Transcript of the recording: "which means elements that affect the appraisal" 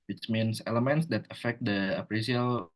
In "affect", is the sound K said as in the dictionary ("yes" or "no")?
yes